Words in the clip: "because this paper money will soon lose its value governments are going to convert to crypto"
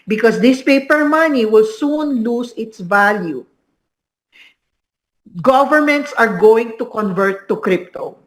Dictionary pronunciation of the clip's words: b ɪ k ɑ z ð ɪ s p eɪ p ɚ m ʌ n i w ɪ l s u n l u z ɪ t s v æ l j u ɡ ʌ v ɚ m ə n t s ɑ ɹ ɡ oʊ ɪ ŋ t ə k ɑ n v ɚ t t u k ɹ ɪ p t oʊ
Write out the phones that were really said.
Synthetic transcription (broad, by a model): b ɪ k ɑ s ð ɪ s p eɪ p ɚ m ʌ n i w ɪ l s u n l u s ɪ t s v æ l j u ɡ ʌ v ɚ m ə n t s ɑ ɹ ɡ oʊ ɪ ŋ t ə k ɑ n v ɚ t t u k ɹ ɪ p t oʊ